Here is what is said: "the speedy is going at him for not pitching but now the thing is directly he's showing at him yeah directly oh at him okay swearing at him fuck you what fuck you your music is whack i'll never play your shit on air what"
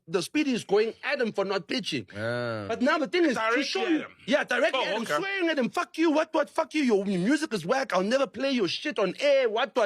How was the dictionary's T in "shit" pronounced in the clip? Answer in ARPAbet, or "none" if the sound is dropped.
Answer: T